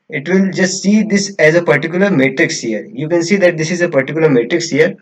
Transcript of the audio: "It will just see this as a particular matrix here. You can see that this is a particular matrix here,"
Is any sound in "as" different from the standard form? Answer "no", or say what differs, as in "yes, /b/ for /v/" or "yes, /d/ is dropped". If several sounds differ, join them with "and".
no